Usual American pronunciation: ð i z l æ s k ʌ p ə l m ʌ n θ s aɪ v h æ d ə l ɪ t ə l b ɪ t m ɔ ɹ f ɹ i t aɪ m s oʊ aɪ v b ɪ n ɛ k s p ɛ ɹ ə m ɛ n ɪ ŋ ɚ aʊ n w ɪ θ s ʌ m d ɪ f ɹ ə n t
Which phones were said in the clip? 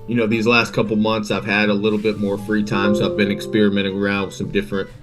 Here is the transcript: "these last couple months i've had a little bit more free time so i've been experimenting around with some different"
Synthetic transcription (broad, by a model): ð i z l æ s k ʌ p l m ʌ n θ s aɪ v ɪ d ə l ɪ t l b ɪ t m ɔ ɹ f ɹ i t aɪ m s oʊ aɪ v b ɪ n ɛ k s p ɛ ɹ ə m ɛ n ɪ ŋ ɚ aʊ n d s ʌ m d ɪ f ɹ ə n t